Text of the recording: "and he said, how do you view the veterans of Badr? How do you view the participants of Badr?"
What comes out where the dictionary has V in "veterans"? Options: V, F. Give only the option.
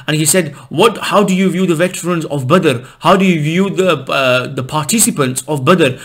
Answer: V